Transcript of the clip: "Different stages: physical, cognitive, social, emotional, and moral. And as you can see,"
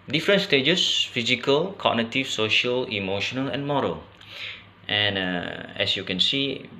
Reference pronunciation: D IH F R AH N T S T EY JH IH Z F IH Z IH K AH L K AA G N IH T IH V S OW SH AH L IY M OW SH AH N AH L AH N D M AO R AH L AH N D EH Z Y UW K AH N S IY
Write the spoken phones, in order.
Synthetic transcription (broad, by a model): D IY F R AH N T S T EY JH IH S F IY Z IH K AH L K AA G N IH T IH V S OW SH AH L IY M OW SH AH N AH L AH N M AO R AH L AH N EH S Y UW K AH N S IY